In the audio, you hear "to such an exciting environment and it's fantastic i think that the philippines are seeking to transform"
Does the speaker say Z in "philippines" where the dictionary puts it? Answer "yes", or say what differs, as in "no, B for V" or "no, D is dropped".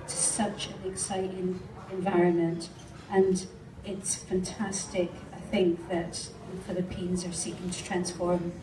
yes